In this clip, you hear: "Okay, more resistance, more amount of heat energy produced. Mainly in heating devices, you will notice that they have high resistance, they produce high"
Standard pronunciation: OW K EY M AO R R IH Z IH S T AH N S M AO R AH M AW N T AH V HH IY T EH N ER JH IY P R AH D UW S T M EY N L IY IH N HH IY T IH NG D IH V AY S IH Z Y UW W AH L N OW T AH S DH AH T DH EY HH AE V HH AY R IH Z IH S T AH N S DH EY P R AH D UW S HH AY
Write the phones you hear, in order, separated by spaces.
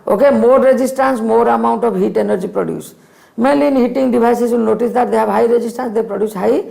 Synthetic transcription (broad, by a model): OW K EY M AO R R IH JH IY S T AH N S M AO R AH M AW N T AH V HH IY T EH N ER JH IY P R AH D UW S M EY L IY N HH IY T IH NG D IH B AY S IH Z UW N N OW T AH S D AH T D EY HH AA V HH AY R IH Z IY S T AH N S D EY P R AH D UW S HH AY